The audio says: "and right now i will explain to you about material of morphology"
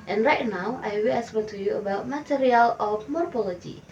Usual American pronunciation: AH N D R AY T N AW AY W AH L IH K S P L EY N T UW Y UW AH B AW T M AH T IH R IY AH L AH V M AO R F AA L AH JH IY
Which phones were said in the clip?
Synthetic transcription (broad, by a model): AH N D R AY T N AW AY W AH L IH S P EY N T UW Y UW AH B AW T M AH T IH R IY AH L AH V M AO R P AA L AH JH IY